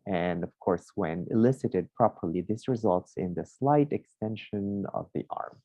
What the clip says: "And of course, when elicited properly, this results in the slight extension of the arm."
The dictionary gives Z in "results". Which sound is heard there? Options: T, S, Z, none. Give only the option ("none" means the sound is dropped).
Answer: Z